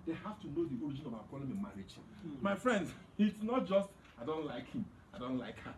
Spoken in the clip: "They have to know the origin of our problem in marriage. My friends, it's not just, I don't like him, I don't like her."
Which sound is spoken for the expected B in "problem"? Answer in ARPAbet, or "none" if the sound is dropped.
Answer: none